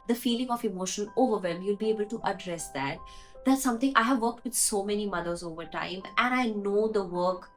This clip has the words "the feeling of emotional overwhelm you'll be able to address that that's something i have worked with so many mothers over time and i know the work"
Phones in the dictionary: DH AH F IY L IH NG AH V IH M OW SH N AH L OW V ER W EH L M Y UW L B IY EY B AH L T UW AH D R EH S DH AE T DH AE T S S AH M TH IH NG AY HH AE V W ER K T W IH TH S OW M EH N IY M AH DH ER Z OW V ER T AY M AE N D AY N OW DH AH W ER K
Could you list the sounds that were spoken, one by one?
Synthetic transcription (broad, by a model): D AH F IY L IH NG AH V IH M OW SH AH N OW V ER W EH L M Y UW L B IY EY B AH L T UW AH D R EH S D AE T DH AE T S S AH M T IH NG AY HH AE V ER K T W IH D S OW M EH N IY M AH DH ER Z OW V ER T AY M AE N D AY N OW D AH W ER K